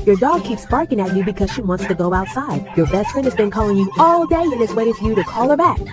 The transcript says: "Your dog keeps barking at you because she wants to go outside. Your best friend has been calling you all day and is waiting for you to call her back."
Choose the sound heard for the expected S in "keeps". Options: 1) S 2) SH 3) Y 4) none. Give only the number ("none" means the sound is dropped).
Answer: 1